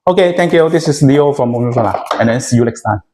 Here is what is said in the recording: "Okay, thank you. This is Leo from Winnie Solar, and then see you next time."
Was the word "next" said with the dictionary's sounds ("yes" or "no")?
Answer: no